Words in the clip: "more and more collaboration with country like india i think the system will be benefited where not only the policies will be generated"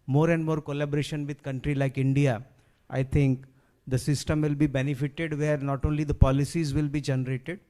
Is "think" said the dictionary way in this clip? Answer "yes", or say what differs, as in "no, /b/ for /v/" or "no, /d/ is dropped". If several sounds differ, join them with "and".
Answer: no, /t/ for /θ/